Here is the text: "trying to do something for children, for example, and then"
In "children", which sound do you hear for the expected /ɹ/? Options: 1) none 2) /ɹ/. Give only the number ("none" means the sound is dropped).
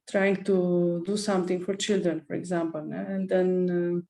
2